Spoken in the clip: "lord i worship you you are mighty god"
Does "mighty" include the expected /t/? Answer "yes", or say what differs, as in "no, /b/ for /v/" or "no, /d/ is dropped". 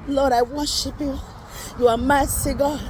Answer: no, /s/ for /t/